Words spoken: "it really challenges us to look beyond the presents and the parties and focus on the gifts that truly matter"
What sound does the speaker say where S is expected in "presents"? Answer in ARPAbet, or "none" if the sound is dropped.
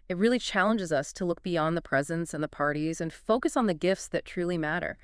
S